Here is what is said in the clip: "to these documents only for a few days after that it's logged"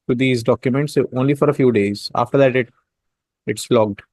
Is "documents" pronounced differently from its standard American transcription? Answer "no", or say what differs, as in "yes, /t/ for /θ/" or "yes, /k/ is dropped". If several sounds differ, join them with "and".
no